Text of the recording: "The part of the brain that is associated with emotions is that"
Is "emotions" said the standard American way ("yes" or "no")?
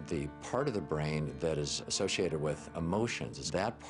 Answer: yes